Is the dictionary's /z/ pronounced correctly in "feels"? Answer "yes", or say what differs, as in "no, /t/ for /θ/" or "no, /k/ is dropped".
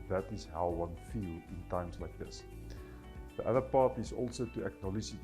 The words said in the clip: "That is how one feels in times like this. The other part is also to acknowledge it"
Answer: no, /z/ is dropped